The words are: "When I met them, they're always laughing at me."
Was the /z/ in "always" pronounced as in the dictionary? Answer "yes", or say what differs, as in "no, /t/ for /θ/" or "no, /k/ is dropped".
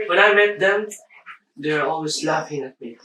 no, /s/ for /z/